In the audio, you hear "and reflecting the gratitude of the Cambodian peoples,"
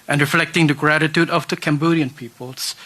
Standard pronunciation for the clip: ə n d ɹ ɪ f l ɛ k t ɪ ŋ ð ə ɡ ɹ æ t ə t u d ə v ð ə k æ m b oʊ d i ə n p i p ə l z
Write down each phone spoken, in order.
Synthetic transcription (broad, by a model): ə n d ɹ ɪ f l ɛ k t ɪ ŋ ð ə ɡ ɹ æ t ə t u d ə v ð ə k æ m b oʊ d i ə n p i p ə l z